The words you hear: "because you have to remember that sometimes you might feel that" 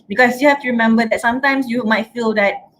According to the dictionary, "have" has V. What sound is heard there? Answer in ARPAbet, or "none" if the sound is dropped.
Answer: F